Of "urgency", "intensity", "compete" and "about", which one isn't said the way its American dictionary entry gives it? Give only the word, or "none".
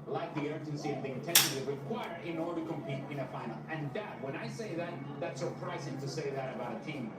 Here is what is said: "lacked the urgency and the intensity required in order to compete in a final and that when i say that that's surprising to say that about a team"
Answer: intensity